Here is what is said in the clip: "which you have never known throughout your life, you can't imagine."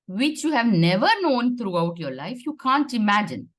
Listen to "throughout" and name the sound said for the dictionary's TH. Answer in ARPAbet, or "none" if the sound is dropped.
T